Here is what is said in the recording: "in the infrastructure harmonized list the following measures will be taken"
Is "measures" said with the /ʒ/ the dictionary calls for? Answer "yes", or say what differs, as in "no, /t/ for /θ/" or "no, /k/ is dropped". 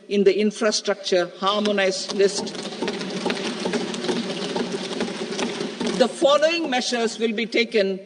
no, /ʃ/ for /ʒ/